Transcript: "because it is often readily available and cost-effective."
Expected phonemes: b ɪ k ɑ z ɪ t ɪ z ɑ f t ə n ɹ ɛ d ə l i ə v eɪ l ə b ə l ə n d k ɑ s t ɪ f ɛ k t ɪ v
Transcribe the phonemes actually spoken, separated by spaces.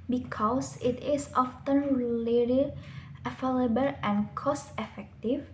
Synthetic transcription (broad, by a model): b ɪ k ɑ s ɪ t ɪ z ɑ f t ə n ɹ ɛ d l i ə f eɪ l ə b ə l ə n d k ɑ s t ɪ f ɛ k t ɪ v